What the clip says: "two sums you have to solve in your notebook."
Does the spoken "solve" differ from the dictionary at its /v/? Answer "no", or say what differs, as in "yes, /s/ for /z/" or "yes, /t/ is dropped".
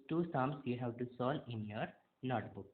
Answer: yes, /v/ is dropped